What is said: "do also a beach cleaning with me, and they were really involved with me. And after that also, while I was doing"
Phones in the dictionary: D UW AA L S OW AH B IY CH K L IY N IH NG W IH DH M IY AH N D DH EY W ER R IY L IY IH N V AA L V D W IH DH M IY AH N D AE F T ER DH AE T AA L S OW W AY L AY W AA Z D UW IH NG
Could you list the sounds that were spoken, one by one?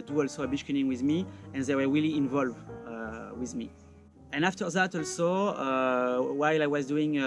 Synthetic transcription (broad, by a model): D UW AA L S OW AH B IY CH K IY IH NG W IH DH M IY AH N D DH EY W ER R IY L IY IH N V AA L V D W IH DH M IY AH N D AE F T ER DH AE T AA L S OW W AY L AY W AA Z D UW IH NG